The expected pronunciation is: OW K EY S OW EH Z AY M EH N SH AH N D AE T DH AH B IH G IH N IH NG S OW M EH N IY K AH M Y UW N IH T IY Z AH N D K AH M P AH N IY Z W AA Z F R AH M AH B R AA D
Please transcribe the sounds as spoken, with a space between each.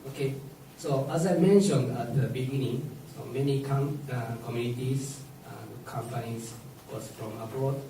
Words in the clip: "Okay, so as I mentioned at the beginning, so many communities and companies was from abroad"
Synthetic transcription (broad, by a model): OW K EY S OW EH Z AY M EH N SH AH N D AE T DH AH B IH G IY N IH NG S OW M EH N IY K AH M Y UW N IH T IY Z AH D K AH M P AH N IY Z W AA S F R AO M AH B R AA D